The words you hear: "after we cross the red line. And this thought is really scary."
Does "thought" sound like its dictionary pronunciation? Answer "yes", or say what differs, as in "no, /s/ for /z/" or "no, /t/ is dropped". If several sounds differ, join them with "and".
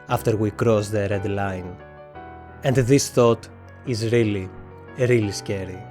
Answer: yes